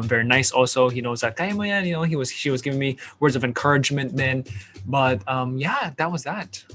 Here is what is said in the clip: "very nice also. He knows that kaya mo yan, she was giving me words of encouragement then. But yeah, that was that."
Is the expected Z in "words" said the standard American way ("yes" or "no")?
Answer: yes